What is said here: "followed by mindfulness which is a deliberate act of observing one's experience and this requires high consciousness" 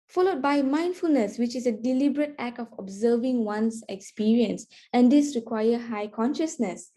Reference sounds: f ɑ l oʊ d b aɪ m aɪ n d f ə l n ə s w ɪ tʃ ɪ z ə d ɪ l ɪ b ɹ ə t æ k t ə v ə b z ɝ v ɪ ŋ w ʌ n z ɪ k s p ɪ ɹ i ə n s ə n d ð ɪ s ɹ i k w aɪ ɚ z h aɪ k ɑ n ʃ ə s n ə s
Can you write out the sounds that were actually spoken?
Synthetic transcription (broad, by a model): f ɑ l oʊ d b aɪ m aɪ n d f ə l n ə s w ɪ tʃ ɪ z ə d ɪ l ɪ b ɹ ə t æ k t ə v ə b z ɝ v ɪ ŋ w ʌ n s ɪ k s p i ɹ i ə n s ə n d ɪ s ɹ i k w aɪ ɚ h aɪ k ɑ n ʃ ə s n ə s